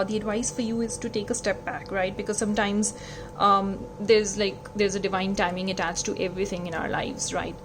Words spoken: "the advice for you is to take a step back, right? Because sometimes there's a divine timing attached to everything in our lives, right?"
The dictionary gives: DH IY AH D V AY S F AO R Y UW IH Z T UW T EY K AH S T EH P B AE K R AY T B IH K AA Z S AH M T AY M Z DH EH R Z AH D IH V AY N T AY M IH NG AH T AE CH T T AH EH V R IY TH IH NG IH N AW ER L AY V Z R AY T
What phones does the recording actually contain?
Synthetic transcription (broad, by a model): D IY AH D V AY S F AO R Y UW IH Z T UW T EY K AH S T EH P B AE K R AY T B IH K AA Z S AH M T AY M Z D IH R Z AH D IH V AY N T AY M IH NG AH T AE CH T T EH V R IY T IH NG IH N AW ER L AY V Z R AY T